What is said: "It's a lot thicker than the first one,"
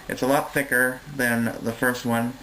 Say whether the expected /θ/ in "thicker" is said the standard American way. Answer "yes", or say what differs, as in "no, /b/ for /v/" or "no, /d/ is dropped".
yes